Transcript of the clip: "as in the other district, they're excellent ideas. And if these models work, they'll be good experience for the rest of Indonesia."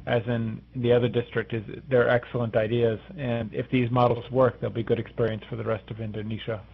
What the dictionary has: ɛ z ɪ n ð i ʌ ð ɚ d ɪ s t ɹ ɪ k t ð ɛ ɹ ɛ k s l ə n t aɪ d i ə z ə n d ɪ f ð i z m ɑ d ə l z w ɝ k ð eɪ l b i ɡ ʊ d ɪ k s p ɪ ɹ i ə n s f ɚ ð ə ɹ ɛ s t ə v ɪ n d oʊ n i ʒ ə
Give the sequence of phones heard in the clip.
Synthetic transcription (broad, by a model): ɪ z ɪ n ð i ʌ ð ɚ d ɪ s t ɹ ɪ k t ð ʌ ɹ ɛ k s l ə n t aɪ d i ə z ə n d ɪ f ð i z m ɑ d l z w ɝ k ð eɪ l b i ɡ ʊ d ɪ k s p ɪ ɹ i ə n s f ɚ ð ə ɹ ɛ s t ə v ɪ n d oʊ n i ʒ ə